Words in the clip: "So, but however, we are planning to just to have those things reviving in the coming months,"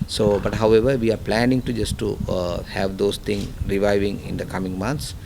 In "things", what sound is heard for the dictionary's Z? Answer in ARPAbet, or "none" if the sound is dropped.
none